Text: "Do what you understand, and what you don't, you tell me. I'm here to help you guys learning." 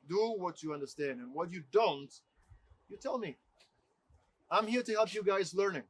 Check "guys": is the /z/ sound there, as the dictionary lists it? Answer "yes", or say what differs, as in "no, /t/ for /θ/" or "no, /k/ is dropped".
yes